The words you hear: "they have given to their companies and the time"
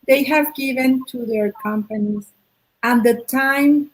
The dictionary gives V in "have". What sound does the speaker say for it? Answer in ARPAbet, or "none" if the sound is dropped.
V